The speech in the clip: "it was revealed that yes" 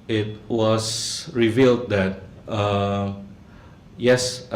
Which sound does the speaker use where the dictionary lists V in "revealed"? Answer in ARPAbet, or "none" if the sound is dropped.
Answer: V